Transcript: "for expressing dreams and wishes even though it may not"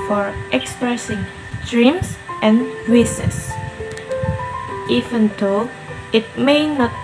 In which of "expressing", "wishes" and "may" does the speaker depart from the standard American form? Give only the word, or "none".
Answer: wishes